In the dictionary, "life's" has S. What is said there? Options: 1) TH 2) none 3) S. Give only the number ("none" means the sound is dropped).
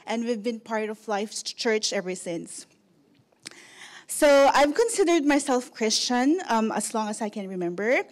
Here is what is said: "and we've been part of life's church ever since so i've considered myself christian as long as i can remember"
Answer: 2